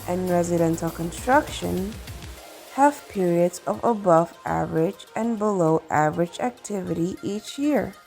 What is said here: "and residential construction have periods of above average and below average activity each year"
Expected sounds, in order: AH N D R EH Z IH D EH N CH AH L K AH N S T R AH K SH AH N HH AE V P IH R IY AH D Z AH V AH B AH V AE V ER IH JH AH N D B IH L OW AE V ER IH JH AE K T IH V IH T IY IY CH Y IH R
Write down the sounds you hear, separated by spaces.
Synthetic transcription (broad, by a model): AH N R EH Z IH D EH N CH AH L K AH N S T R AH K SH AH N HH AE V P IH R IY AH D Z AH V AH B AH V AE V ER IH JH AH N B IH L OW AE V ER IH JH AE K T IH V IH T IY IY CH Y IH R